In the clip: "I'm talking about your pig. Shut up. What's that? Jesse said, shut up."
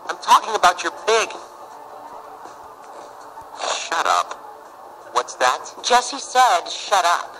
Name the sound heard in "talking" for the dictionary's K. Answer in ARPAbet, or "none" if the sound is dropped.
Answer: K